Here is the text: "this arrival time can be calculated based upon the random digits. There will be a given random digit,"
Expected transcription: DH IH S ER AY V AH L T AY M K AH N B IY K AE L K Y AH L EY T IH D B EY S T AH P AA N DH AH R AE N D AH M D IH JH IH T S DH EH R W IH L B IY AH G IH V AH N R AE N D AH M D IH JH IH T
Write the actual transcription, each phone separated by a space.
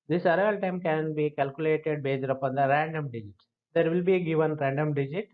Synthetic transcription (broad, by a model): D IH S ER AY AH L T AY M K AH N B IY K AE L K Y AH L EY T IH D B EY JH T AH P AA N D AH R AE N D AH M D IH JH IH T S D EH R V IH L B IY G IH V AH N R AE N D AH M D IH JH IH T